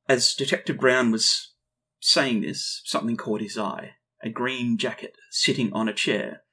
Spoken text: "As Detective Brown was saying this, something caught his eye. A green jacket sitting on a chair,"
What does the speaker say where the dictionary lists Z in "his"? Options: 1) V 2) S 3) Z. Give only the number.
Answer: 3